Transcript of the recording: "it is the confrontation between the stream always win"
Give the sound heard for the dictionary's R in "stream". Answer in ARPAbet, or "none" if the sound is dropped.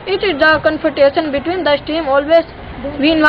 none